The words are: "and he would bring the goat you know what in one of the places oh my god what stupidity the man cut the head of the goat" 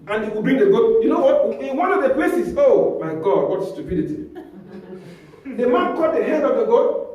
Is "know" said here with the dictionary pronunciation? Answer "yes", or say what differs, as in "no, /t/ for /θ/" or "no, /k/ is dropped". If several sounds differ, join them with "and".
yes